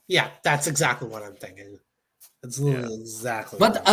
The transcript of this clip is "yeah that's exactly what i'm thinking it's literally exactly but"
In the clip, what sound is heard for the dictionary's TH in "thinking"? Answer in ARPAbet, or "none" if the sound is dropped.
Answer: TH